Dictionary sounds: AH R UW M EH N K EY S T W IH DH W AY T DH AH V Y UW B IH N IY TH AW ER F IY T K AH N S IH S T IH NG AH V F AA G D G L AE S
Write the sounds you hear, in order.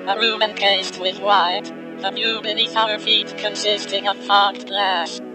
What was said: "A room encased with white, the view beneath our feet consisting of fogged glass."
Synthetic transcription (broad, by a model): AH R UW M EH N K EY S T W IH DH W AY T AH F Y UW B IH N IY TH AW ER F IY T K AH N S IH S T IH NG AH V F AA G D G L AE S